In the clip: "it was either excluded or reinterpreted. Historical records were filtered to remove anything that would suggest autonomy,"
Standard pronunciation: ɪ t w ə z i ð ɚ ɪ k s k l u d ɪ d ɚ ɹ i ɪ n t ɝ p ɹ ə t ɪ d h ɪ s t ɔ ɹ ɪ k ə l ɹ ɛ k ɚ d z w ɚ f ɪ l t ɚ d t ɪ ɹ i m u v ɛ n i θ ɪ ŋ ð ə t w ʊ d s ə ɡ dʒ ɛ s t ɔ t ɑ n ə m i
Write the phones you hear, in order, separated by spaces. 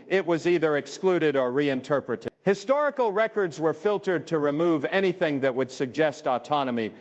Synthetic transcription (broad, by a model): ɪ t w ə z i ð ɚ ɪ k s k l u d ɪ d ɚ ɹ i ɪ n t ɝ p ɹ ə t ɪ d h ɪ s t ɔ ɹ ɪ k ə l ɹ ɛ k ɚ d z w ɚ f ɪ l t ɚ d t ɪ ɹ i m u v ɛ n i θ ɪ ŋ ð ə t w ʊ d s ə ɡ dʒ ɛ s t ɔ t ɑ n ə m i